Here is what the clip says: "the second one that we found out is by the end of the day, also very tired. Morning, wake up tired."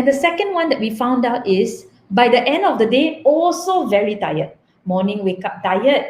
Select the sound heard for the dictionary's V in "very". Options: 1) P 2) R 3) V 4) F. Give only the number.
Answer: 3